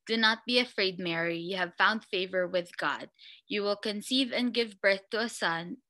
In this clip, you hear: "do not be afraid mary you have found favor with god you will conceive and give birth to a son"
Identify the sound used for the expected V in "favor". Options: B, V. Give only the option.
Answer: V